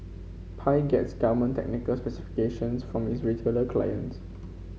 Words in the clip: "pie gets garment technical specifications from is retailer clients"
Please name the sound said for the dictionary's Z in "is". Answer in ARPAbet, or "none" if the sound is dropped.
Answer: S